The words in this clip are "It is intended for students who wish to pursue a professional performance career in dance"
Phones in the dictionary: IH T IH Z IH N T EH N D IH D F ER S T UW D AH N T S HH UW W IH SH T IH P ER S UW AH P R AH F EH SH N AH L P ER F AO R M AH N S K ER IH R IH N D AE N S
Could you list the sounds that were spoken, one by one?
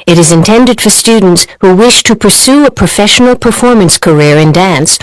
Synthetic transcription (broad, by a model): IH T IH Z IH N T EH N D IH D F ER S T UW D N T S HH UW W IH SH T IH P ER S UW AH P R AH F EH SH N L P ER F AO R M AH N S K ER IH R IH N D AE N S